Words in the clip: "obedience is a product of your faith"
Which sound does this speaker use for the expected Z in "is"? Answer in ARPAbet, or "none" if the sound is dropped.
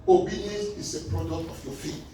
S